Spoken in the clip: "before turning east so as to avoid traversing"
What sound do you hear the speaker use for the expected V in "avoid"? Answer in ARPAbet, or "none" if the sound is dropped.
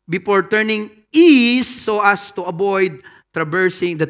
B